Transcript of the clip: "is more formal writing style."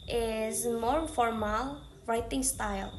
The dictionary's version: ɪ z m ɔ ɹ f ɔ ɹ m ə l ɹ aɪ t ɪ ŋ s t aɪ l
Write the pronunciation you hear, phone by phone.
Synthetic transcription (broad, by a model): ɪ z m ɔ ɹ f ɔ ɹ m ə l ɹ aɪ t ɪ ŋ s t aɪ l